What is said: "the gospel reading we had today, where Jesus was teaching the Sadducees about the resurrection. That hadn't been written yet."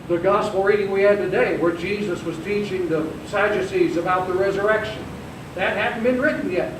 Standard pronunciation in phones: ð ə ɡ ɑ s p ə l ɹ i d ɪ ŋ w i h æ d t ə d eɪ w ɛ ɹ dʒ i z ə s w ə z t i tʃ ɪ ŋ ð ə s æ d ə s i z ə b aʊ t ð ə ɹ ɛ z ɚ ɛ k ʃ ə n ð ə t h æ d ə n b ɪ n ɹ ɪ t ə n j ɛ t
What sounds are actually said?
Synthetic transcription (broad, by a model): ð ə ɡ ɑ s p l ɹ i d ɪ ŋ w i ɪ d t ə d eɪ w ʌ ɹ dʒ i z ə s w ə z t i tʃ ɪ ŋ ð ə s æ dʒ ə s i z ə b aʊ t ð ə ɹ ɛ z ɚ ɛ k ʃ ə n ð ə t h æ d n b ɪ n ɹ ɪ t n j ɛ t